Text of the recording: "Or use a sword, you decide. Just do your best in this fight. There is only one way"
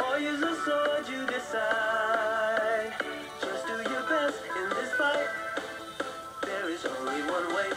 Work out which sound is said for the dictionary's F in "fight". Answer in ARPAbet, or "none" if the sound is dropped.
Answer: P